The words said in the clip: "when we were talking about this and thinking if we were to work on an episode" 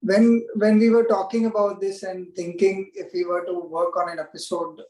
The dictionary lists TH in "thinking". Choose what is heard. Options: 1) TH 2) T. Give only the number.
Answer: 2